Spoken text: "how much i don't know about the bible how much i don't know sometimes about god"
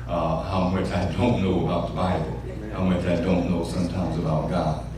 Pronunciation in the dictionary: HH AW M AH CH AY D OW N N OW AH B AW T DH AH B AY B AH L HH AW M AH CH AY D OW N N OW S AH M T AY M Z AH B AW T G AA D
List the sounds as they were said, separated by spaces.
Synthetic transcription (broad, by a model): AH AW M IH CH AY D OW N N OW AH B AW T DH AH B AY B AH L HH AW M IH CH AY D OW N N OW S AH M T AY M Z AH B AW T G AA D